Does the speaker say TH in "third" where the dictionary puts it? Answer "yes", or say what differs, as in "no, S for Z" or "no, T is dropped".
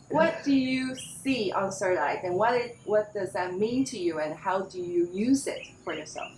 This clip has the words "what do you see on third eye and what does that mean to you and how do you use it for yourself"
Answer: no, S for TH